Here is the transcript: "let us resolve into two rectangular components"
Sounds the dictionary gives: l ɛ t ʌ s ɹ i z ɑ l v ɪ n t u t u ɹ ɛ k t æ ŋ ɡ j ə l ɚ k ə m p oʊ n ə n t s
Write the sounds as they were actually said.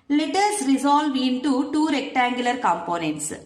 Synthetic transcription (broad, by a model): l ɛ t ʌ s ɹ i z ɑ l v ɪ n t u t u ɹ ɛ k t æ ŋ ɡ j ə l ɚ k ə m p oʊ n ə n t s